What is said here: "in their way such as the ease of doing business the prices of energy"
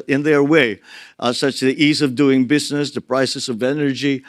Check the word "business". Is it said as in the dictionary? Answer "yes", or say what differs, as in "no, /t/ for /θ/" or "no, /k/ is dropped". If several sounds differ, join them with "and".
yes